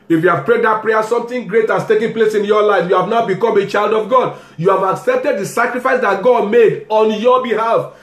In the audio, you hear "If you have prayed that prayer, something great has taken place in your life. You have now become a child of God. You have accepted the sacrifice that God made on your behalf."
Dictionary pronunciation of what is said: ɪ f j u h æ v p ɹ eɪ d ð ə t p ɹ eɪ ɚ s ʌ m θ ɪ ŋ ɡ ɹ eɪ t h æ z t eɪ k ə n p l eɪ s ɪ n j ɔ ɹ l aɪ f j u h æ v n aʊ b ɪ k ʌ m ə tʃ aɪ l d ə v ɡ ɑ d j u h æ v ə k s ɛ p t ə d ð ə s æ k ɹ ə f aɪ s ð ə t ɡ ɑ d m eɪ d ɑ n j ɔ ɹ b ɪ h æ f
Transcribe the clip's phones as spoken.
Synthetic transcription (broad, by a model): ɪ f j u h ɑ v p ɹ eɪ d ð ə t p ɹ eɪ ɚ s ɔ m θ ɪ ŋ ɡ ɹ eɪ t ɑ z t eɪ k ə n p l eɪ s ɪ n j ɔ l aɪ f j u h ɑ v n aʊ b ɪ k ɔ m ə tʃ aɪ l d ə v ɡ ɑ d j u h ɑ v ə k s ɛ p t ə d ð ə s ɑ k ɹ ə f aɪ s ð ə t ɡ ɑ d m eɪ d ɑ n j ɔ b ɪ h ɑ f